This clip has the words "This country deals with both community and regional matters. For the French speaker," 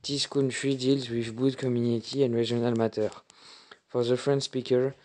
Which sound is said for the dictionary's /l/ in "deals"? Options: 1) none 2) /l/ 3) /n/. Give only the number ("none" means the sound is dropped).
2